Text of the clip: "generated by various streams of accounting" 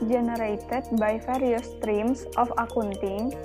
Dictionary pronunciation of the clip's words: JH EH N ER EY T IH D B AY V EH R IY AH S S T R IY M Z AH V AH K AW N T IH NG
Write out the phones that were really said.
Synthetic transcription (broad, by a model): JH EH N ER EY T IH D B AY F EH R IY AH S S T R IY M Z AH F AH K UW N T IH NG